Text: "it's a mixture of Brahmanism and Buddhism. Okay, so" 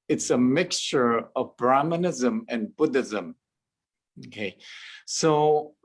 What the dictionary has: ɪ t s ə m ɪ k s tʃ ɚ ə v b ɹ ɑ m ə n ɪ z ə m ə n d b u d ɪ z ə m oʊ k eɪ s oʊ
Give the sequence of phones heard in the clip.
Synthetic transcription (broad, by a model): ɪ t s ə m ɪ k s tʃ ɚ ə v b ɹ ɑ m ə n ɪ z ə m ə n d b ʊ d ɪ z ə m oʊ k eɪ s oʊ